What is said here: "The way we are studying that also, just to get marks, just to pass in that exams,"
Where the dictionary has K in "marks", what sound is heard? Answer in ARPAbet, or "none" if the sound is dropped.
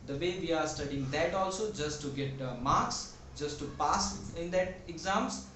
K